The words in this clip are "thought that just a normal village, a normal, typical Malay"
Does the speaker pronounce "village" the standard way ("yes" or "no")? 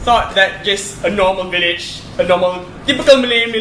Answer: yes